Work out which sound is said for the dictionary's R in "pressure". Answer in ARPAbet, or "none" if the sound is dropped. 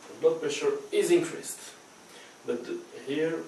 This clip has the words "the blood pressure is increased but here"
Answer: none